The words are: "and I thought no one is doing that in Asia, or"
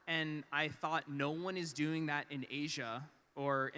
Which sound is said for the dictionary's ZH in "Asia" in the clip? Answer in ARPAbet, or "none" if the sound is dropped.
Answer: ZH